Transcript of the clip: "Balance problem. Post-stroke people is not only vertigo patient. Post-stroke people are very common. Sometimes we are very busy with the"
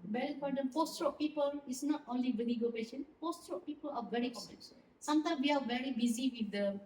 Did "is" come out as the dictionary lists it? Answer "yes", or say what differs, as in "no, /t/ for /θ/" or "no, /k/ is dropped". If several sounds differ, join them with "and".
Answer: no, /s/ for /z/